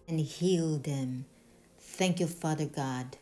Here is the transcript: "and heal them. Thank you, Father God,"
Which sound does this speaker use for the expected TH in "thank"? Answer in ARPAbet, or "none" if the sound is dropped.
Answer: TH